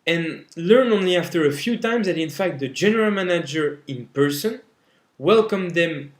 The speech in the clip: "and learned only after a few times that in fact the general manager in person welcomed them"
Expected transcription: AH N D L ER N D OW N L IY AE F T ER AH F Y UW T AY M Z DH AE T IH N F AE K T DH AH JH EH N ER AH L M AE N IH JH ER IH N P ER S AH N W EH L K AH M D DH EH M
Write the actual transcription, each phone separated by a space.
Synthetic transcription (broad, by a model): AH N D L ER N OW N L IY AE F T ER AH F Y UW T AY M Z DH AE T IH N F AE K T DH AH JH EH N ER AH L M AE N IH JH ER IH N P ER S AH N W EH L K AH M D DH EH M